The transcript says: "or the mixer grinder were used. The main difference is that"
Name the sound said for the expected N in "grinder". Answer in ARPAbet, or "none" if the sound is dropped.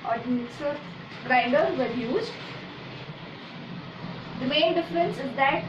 none